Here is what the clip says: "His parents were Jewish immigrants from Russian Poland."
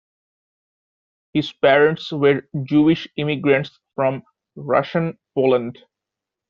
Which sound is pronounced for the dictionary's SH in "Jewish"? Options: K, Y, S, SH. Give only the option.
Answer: SH